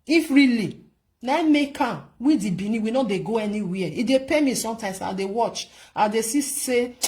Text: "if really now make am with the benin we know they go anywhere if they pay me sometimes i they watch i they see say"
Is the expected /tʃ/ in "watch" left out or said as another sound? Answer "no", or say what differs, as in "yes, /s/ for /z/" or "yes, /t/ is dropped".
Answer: no